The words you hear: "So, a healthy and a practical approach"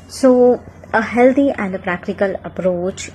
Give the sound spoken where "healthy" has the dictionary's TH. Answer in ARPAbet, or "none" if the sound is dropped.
T